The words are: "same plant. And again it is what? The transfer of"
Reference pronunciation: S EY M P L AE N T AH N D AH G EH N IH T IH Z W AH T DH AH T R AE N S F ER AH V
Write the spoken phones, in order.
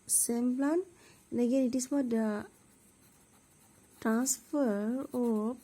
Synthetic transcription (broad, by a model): S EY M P L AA N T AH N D AH G EH N IH T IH S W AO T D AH T R AE N S F ER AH